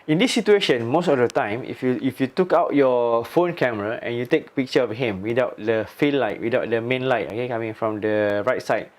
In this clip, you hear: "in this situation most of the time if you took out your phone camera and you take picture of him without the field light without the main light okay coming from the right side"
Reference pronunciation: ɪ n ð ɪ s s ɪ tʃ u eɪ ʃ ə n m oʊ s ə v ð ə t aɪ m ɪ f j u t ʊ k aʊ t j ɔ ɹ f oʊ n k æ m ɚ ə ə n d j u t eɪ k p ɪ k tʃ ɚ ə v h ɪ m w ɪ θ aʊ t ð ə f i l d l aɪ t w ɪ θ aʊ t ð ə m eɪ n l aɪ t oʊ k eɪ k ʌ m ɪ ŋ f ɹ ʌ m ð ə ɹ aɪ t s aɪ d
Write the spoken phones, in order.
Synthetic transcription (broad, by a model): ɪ n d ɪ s s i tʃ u eɪ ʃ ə n m oʊ s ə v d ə t aɪ m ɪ f j u t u k aʊ t j ɔ f oʊ n k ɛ m ɚ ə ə n j u t eɪ k p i k tʃ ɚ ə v h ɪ m w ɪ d aʊ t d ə f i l l aɪ t w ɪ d aʊ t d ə m eɪ n l aɪ t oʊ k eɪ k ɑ m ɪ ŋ f ɹ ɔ m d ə ɹ aɪ t s aɪ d